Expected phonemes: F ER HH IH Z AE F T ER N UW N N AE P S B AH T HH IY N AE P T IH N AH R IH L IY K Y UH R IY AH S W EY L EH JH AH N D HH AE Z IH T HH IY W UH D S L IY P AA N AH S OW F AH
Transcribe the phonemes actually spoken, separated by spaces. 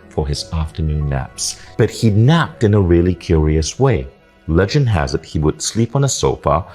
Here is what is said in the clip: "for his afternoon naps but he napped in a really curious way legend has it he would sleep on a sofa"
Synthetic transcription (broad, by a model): F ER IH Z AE F T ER N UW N N AE P S B AH T HH IY N AE P T IH N AH R IH L IY K Y UH R IY AH S W EY L EH JH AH N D HH AE Z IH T HH IY W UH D S L IY P N AH S OW F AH